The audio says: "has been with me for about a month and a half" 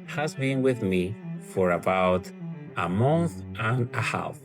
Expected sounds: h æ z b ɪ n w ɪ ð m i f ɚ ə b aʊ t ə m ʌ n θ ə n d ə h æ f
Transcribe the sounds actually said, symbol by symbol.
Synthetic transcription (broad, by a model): h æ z b ɪ n w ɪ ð m i f ɚ ə b aʊ t ə m ʌ n θ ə n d ə h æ f